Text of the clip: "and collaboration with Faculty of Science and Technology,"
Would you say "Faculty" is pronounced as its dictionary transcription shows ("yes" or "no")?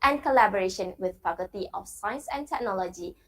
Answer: no